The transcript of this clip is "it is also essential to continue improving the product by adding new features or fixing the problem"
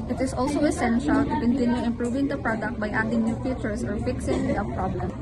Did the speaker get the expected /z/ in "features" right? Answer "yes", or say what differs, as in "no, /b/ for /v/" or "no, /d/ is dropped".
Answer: no, /s/ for /z/